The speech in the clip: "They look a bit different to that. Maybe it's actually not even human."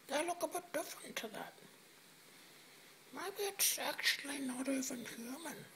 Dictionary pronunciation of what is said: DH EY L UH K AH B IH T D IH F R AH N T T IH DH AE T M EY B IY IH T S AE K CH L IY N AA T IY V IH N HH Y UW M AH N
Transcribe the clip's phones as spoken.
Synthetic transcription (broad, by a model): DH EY L UH K AH B IH T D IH F R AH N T T IH DH AE T M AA IY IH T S AE K CH L IY N AA T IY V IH N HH Y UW M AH N